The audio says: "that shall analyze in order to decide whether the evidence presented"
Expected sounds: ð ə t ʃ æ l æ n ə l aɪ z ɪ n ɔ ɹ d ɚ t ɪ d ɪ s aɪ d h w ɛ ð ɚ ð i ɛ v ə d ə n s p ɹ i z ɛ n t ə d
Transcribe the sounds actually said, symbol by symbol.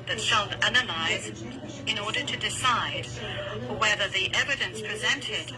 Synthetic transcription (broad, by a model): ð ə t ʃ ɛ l æ n ə l aɪ z ɪ n ɔ ɹ d ɚ t ɪ d ɪ s aɪ d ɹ w ɛ ð ɚ ð i ɛ v ə d ə n s p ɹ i z ɛ n t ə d